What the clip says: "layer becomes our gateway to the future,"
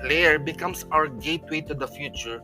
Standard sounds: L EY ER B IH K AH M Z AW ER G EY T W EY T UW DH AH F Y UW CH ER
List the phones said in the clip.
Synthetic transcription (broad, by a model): L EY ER B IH K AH M S AW ER G EY T W EY T UW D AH F Y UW CH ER